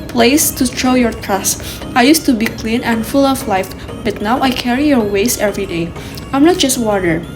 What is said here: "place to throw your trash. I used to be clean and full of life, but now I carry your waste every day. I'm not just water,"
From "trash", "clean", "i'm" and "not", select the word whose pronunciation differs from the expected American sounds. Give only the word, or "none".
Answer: trash